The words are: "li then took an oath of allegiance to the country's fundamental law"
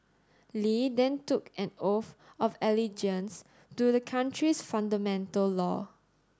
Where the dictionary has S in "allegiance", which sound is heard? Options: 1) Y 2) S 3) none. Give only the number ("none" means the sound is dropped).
2